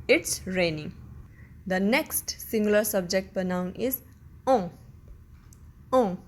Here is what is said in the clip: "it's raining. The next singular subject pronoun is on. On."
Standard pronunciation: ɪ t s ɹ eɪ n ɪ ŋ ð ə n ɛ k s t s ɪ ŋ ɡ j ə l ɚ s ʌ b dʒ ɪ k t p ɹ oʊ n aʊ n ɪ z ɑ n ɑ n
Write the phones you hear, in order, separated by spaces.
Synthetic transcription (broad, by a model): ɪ t s ɹ eɪ n ɪ ŋ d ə n ɛ k s t s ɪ ŋ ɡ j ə l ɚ s ʌ b dʒ ɪ k t p oʊ n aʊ n ɪ z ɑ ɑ